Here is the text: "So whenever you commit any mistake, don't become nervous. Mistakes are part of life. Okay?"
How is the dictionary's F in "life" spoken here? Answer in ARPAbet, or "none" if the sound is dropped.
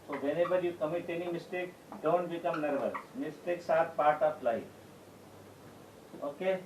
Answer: none